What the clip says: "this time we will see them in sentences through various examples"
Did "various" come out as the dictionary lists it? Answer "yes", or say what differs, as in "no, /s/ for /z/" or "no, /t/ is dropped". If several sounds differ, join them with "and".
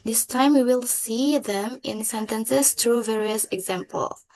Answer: yes